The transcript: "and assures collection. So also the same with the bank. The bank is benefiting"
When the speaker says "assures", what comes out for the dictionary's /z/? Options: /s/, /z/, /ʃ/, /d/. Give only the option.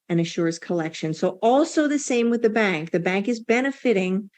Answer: /s/